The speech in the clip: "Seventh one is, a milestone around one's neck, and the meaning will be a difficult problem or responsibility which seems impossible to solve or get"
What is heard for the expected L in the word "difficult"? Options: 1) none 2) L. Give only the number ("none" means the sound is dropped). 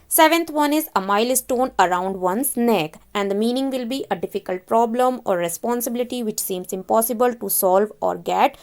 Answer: 2